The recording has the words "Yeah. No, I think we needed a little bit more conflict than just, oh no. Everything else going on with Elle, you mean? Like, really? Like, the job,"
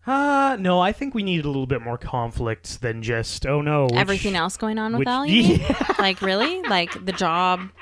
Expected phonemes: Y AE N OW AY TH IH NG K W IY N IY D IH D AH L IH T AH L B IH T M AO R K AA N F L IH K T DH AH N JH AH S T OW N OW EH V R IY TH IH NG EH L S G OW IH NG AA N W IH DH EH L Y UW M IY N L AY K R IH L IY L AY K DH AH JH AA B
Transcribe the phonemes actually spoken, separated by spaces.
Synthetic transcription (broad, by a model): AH N OW AY TH IH NG K W IY N IY D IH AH L IH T L B IH T M AO R K AA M F L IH K T DH AH N JH AH S T OW N OW EH V R IY TH IH NG EH L S G OW IH NG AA N W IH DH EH L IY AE L AY K R IH L IY L AY K DH AH JH AA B